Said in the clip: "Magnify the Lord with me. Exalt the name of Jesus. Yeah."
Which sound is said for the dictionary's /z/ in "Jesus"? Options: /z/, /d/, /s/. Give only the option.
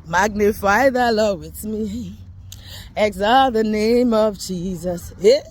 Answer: /z/